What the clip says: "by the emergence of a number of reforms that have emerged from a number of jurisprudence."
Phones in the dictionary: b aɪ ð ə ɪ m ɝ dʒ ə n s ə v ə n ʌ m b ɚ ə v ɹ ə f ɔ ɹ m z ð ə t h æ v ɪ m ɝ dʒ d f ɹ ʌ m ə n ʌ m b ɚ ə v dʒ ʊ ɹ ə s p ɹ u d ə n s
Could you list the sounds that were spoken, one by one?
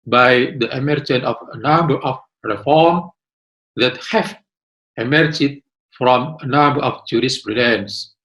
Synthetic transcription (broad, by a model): b aɪ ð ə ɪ m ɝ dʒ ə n ə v ə n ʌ m b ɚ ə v ɹ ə f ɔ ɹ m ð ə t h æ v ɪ m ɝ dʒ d f ɹ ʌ m ə n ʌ m b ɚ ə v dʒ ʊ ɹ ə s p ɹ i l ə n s